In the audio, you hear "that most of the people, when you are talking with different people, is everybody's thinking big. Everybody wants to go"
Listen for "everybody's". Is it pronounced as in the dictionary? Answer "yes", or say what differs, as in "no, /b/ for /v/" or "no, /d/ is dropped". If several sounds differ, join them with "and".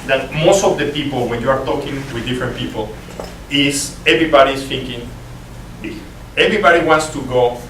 no, /s/ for /z/